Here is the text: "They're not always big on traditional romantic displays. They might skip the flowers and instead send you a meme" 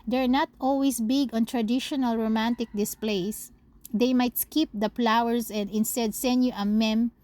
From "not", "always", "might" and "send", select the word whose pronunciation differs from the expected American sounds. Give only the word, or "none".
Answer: always